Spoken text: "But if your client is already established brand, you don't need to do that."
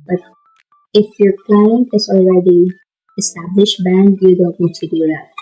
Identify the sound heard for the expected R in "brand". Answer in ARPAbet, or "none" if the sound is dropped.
none